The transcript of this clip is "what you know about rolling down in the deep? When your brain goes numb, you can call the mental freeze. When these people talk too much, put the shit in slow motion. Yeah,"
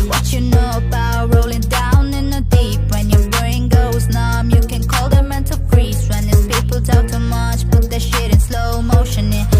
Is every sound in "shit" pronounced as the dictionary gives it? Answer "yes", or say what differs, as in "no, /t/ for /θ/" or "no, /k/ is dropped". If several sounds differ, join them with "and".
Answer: yes